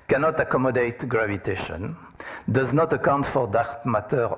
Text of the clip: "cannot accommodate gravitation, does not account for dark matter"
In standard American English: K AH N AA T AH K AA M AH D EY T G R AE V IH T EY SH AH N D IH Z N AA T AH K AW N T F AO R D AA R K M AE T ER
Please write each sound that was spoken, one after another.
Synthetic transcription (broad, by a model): K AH N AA T AH K AA M AH D EY T G R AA V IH T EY SH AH N D IH Z N AA T AH K AW N T F AO R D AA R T M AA T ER